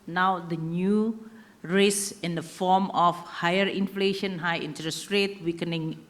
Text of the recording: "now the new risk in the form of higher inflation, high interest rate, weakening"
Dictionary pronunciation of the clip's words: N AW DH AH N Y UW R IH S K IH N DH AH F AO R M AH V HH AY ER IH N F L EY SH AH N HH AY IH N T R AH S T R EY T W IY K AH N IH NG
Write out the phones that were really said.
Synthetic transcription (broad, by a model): N AW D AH N Y UW R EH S IH N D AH F AO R M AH F HH AY ER IH N F L EY SH AH N HH AY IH N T R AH S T R EY T W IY K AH N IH NG